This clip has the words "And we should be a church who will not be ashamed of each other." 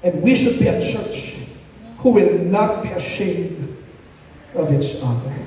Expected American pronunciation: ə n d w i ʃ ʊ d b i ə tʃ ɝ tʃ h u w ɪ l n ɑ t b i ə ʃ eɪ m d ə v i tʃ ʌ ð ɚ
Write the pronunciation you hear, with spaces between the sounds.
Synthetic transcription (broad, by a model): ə n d w i ʃ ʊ d b i ə tʃ ɝ tʃ h u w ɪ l n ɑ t b i ə ʃ eɪ m d ə v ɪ s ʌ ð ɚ